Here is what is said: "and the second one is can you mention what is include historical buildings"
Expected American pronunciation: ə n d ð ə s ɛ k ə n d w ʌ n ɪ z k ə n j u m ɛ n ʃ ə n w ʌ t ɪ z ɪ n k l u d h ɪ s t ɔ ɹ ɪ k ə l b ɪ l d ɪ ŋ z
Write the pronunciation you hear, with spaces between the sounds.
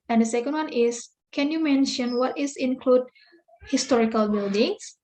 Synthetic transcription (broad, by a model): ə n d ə s ɛ k ə n d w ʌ n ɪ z k ə n j u m ɛ n ʃ ə n w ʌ t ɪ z ɪ n k l u d h ɪ s t ɔ ɹ ɪ k ə l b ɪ l d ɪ ŋ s